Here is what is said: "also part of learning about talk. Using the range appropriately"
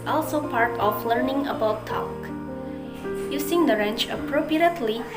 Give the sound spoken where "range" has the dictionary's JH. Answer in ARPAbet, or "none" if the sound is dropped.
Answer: CH